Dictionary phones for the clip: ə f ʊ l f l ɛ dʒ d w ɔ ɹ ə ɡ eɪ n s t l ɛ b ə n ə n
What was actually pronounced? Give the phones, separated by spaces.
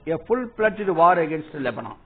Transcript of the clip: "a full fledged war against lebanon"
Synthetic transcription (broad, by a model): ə f ʊ l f l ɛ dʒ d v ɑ ɹ ə ɡ eɪ n s t l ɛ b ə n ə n